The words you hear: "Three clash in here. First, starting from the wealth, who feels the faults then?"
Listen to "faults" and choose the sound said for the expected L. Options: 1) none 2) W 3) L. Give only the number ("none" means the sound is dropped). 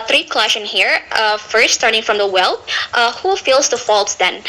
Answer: 3